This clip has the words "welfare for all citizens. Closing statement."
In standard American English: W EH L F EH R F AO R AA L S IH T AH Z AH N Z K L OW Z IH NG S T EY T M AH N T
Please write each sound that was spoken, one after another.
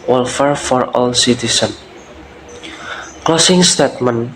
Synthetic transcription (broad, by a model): W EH L F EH R F AO R AA L S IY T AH S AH N K L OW S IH NG S T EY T M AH N